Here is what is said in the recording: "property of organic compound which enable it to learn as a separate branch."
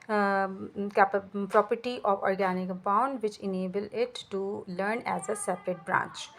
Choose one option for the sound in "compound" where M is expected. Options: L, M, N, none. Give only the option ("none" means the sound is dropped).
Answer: none